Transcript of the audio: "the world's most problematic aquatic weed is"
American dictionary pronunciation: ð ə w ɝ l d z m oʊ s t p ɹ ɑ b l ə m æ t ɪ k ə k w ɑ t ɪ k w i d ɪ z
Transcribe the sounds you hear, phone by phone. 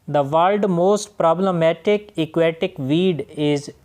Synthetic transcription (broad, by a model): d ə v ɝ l d m oʊ s t p ɹ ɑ b l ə m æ t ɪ k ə k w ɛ t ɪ k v i d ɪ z